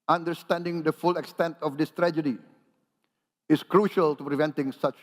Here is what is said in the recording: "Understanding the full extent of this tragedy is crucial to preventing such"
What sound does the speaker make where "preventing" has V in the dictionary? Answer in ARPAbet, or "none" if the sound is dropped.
V